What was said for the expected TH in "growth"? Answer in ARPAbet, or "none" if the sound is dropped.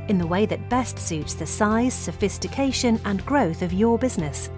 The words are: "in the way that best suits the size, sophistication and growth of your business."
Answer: TH